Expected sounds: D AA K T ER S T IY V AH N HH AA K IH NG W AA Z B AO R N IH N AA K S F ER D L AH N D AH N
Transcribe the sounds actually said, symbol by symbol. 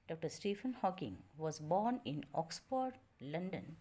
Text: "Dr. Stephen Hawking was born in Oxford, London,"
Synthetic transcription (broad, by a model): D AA K T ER S T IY F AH N HH AA K IH NG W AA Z B AO R N IH N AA K S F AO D L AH N D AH N